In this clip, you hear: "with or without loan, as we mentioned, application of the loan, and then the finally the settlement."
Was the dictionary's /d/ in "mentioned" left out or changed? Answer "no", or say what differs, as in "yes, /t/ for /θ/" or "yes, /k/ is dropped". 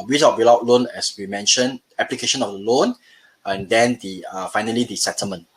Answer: yes, /d/ is dropped